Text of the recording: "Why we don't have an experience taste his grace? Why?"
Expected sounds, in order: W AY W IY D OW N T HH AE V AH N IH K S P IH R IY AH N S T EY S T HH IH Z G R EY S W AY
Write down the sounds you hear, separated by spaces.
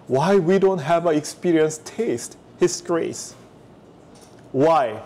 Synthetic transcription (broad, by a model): W AY W IY D OW N T HH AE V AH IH K S P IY R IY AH N S T EY S T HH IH S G R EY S W AY